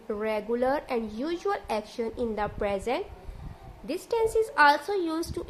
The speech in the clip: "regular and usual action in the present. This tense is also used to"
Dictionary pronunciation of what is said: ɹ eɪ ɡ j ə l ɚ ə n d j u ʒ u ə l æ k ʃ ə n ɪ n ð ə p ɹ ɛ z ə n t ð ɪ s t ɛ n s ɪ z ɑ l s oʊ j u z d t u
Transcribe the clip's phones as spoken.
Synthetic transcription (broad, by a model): ɹ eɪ ɡ j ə l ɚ ə n d j u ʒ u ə l æ k ʃ ə n ɪ n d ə p ɹ ɛ z ə n t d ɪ s t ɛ n s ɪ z ɑ l s oʊ j u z t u